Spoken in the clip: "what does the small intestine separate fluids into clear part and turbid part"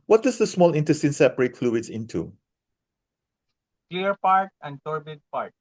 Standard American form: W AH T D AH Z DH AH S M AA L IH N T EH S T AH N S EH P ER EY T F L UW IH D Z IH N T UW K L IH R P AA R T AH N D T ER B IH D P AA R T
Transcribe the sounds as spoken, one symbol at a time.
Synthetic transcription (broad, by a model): W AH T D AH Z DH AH S M AA L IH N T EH S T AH N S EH B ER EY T F L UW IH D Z IH N T UW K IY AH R P AA R T AH N D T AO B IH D P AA R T